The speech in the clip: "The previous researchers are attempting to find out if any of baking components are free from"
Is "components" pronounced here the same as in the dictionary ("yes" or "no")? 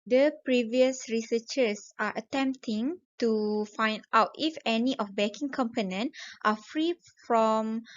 no